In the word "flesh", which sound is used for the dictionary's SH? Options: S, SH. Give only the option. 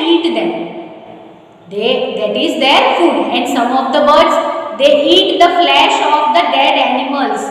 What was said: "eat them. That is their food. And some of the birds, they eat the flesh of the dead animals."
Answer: SH